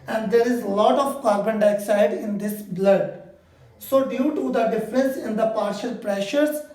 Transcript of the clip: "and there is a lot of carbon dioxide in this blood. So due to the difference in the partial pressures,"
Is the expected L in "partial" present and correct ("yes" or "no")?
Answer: yes